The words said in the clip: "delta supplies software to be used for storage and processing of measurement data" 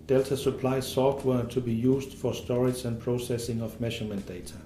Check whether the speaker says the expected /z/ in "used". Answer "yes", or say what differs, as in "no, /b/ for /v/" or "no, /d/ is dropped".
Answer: no, /s/ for /z/